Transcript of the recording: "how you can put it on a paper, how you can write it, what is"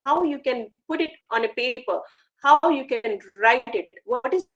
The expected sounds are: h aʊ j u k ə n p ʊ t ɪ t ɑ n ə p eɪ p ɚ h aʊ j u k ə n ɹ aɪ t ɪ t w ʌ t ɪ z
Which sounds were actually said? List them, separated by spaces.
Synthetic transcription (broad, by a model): h aʊ j u k ə n p ʊ t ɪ t ɑ n ə p eɪ p ɚ h aʊ j u k ə n ɹ aɪ t ɪ t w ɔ t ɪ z